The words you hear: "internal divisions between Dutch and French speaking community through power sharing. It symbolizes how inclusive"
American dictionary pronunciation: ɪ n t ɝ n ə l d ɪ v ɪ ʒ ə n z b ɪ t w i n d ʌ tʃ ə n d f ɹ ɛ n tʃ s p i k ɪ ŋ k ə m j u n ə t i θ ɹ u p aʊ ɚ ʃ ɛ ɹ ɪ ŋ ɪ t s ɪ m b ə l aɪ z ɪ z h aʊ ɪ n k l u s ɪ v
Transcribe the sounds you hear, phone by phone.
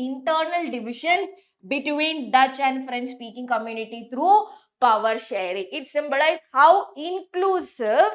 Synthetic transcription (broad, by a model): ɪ n t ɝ n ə l d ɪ v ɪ ʃ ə n s b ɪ t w i n d ʌ tʃ ə n d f ɹ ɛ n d s p i k ɪ ŋ k ə m j u n ə t i t ɹ u p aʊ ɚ ʃ ɛ ɹ ɪ ŋ ɪ t s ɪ m b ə l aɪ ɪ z h aʊ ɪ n k l u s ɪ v